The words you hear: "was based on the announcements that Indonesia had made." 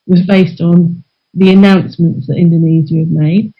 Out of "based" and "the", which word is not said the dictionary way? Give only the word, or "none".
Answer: none